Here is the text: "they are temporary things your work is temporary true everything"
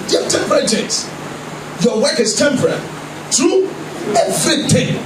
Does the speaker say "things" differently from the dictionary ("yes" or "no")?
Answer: yes